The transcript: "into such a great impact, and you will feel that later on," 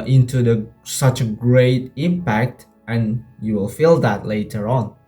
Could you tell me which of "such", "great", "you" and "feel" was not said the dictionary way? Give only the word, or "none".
none